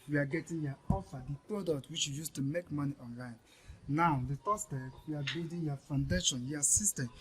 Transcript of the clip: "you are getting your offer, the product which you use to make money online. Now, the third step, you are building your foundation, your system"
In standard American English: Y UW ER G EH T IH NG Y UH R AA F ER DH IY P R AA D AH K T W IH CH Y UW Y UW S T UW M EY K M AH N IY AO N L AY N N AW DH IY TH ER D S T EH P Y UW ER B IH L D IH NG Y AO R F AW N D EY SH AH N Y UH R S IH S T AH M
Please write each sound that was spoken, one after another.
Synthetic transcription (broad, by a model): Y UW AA G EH T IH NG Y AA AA F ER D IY P R AA D AH K T W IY CH Y UW Y UW S T UW M EY K M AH N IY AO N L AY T N AW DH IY T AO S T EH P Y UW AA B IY D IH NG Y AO F AW N D EY SH AH N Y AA S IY S T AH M